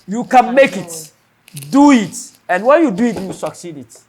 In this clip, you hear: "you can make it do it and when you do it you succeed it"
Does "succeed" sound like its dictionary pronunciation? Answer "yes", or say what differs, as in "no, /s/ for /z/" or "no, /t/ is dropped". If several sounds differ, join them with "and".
yes